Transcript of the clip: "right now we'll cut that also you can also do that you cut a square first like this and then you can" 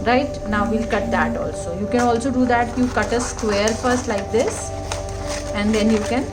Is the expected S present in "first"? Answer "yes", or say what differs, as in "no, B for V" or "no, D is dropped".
yes